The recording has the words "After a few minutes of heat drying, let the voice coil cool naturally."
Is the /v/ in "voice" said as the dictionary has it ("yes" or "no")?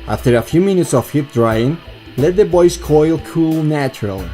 no